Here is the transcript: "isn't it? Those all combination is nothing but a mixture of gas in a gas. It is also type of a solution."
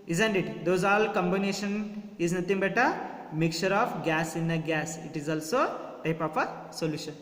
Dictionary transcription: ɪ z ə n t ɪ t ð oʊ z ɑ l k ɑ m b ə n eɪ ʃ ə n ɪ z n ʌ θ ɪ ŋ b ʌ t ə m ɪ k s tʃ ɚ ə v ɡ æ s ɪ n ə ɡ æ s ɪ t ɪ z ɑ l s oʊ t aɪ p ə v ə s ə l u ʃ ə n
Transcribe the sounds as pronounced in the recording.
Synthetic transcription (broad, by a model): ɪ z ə n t ɪ t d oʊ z ɑ l k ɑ m b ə n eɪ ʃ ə n ɪ z n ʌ t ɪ ŋ b ʌ t ə m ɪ k tʃ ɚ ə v ɡ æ s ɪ n ə ɡ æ s ɪ t ɪ z ɑ l s oʊ t aɪ p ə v ə s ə l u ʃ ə n